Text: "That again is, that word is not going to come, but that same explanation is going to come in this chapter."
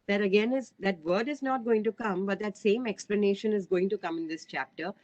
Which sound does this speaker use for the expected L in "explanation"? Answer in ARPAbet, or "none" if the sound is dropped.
L